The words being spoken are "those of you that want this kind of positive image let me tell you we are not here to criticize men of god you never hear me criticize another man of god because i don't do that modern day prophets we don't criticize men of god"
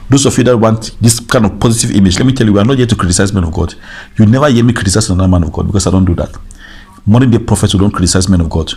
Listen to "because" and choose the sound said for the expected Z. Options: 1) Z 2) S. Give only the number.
2